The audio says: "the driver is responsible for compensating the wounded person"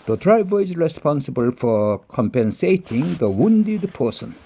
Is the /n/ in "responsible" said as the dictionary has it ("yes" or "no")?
yes